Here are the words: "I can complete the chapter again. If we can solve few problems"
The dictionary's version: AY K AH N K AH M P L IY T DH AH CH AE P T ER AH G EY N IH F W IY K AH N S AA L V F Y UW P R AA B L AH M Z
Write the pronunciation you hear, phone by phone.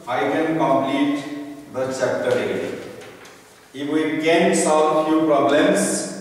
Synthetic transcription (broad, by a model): AY K AH N K AH M P L IY T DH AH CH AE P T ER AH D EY IH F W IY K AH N S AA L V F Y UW P R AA B L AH M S